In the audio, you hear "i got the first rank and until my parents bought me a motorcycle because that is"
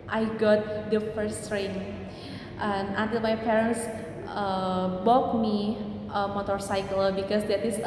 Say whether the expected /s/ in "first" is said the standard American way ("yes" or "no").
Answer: yes